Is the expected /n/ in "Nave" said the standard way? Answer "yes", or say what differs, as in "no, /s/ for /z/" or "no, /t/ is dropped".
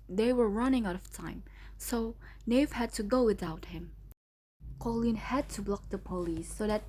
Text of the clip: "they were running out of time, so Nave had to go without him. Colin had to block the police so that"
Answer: yes